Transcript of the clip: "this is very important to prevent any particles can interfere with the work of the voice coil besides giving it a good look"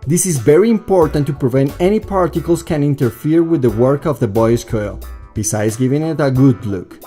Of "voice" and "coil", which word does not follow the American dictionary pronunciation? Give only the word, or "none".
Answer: voice